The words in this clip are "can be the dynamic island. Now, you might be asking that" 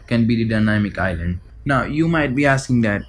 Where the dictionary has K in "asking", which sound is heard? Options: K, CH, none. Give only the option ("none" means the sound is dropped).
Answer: K